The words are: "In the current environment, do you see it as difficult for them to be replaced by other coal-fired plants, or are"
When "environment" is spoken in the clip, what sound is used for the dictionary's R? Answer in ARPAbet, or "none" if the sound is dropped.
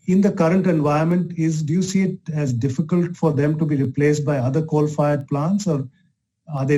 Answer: none